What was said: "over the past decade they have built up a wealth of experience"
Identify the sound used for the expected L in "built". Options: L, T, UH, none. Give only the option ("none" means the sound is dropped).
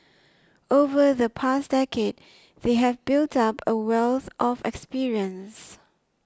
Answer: L